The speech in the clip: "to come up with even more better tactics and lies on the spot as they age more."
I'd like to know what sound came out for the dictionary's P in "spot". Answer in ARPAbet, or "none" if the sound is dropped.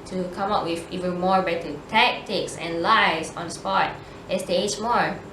P